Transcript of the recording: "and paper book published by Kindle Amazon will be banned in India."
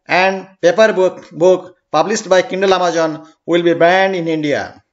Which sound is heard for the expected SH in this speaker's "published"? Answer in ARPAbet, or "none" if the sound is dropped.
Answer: S